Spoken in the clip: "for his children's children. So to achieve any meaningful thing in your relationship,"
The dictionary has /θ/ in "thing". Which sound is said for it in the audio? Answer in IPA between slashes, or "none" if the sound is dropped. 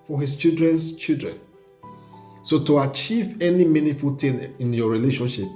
/t/